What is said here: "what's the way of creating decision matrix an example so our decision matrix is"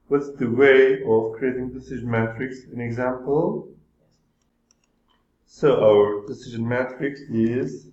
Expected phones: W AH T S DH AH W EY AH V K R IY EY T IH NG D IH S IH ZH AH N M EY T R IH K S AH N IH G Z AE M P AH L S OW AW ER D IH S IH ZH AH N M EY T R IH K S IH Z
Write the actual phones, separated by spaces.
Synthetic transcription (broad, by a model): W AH T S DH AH W EY AH V K R IY EY T IH NG D IH S IH ZH AH N M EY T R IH K S AH N IH G Z AE M P AH L S OW AW ER D IH S IH ZH AH N M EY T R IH K S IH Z